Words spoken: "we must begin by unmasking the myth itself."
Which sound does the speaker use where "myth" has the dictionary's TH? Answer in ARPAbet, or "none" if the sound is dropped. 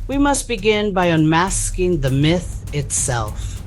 TH